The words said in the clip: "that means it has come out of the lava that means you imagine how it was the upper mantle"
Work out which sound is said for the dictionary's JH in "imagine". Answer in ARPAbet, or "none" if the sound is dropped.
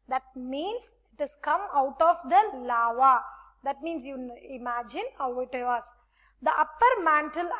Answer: JH